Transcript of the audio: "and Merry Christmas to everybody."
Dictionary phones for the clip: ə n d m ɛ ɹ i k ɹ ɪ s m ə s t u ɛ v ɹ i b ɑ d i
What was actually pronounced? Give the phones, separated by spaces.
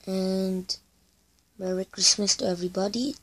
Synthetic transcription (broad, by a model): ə n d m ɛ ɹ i k ɹ ɪ s m ə s t u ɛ v ɹ i b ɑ d i